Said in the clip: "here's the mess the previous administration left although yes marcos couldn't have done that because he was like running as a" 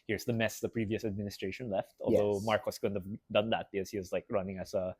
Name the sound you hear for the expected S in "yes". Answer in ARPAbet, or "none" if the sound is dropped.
none